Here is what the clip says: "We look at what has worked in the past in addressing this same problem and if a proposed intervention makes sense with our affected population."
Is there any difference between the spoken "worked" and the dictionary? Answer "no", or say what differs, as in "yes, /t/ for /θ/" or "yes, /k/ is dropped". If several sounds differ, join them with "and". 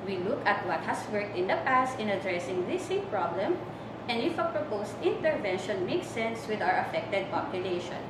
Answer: no